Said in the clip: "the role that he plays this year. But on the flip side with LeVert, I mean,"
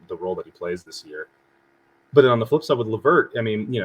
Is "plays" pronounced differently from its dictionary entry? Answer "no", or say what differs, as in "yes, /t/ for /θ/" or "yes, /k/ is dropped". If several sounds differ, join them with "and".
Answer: no